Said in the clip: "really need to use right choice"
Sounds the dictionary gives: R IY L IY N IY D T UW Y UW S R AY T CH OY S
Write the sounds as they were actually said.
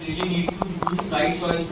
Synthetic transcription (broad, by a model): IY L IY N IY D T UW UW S L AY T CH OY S